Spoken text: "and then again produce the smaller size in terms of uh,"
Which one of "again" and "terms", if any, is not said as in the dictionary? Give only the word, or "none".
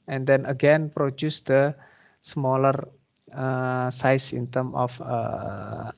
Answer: terms